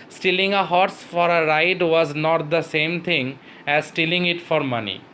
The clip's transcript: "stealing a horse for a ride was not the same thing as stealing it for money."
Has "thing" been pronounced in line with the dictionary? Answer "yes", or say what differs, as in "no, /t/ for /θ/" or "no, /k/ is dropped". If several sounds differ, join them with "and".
no, /t/ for /θ/